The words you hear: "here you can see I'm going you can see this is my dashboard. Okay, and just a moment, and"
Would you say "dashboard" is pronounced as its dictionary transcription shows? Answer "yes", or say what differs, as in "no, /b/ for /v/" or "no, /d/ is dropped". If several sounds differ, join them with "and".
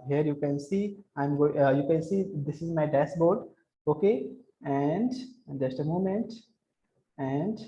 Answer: no, /s/ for /ʃ/